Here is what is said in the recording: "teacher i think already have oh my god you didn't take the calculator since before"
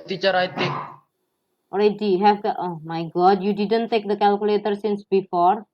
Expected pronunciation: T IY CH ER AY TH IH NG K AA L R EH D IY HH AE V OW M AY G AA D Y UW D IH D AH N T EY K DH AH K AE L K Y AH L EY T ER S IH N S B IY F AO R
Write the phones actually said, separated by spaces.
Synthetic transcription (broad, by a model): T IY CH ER AY T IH K AA L R EH D IY HH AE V OW M AY G AA D Y UW D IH D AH N T EY K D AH K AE L K Y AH L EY T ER S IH N S B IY F AO R